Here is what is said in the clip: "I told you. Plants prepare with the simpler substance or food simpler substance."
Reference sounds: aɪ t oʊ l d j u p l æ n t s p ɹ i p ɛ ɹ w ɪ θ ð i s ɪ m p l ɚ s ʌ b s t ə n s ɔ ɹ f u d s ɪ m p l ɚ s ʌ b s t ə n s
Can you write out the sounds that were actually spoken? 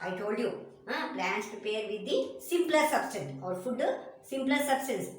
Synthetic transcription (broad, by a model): aɪ t oʊ l d j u p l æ n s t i p ɛ ɹ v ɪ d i s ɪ m p l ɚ s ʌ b s t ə n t ɔ ɹ f u d s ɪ m p l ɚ s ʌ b s t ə n s